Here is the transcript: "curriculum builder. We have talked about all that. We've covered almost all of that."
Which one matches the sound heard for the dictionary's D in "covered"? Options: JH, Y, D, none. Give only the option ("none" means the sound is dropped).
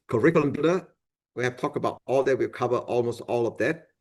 none